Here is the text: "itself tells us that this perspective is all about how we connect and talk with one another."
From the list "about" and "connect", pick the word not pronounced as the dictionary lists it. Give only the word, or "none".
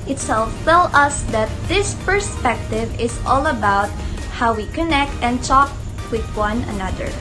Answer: none